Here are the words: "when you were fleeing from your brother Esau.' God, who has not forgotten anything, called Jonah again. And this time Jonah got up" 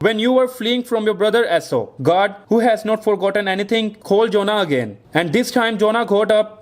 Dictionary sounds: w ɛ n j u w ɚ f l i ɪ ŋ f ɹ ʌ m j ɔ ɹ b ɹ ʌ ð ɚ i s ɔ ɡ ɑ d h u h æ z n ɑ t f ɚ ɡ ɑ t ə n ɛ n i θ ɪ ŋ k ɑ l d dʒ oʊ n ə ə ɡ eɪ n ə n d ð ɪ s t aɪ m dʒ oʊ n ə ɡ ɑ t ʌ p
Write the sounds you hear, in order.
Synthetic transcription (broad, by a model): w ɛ n j u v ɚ f l i ɪ ŋ f ɹ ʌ m j ɔ ɹ b ɹ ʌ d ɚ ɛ s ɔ ɡ ɑ d h u h æ z n ɑ t f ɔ ɡ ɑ t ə n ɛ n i t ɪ ŋ k ɑ l d dʒ oʊ n ə ə ɡ eɪ n ə n d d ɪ s t aɪ m dʒ oʊ n ə ɡ ɑ t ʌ p